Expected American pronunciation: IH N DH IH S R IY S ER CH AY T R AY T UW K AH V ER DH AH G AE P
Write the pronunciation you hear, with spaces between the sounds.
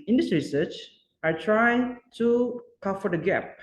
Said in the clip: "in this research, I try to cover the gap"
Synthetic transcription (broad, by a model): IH N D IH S R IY S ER CH AY T R AY T UW K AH F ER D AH G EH P